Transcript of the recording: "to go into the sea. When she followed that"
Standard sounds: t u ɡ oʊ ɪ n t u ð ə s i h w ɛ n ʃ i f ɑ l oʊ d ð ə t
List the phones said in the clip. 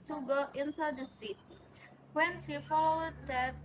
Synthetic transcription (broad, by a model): t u ɡ oʊ ɪ n t u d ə s i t w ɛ n s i f ɑ l oʊ d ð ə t